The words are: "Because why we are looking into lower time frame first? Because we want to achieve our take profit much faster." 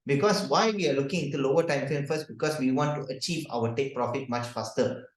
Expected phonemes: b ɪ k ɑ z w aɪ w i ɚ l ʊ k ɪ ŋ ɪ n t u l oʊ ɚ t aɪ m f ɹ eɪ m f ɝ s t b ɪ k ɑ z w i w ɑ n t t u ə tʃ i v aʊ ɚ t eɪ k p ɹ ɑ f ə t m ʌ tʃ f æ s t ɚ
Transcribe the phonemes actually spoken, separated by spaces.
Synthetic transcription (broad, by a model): b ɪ k ɑ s w aɪ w i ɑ l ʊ k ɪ ŋ ɪ n t u l oʊ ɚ t aɪ m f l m f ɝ s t b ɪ k ɑ s w i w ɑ n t t u ə tʃ i v aʊ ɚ t eɪ k p ɹ ɑ f ə t m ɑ tʃ f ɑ s t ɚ